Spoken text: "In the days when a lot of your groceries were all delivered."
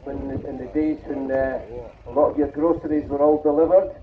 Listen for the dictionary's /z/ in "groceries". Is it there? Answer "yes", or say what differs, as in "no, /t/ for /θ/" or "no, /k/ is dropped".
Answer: yes